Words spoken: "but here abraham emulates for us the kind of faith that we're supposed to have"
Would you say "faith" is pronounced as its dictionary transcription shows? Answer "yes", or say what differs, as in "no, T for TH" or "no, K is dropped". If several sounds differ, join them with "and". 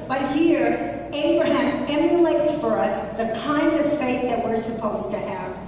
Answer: no, T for TH